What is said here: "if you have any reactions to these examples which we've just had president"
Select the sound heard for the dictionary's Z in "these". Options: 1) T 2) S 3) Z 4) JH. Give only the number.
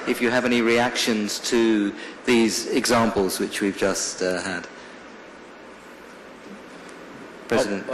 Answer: 3